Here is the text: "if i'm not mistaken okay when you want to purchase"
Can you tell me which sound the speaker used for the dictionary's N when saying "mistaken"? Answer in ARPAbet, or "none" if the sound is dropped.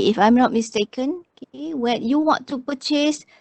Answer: N